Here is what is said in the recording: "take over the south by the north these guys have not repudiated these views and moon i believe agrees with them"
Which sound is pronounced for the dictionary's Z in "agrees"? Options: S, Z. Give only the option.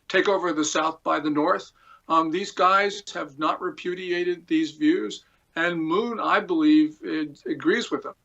Z